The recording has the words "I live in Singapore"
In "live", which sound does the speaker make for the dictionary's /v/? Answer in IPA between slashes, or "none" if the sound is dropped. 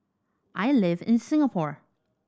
/v/